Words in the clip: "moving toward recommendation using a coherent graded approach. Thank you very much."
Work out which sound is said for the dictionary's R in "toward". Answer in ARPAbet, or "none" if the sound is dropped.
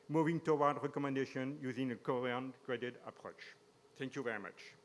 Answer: W